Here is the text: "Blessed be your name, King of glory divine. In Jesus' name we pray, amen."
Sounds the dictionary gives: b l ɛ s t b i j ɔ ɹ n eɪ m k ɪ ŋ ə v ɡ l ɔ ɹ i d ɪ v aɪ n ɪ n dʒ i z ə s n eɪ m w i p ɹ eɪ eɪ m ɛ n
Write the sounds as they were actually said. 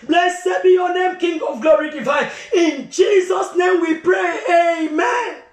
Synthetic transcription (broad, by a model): b l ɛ s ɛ b i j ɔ n eɪ m k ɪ ŋ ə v ɡ l ɔ ɹ i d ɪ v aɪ ɪ n dʒ i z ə s n eɪ m w i p ɹ eɪ eɪ m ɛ n